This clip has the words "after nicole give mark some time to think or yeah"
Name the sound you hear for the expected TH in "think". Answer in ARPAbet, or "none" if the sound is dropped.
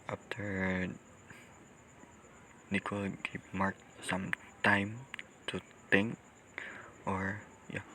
T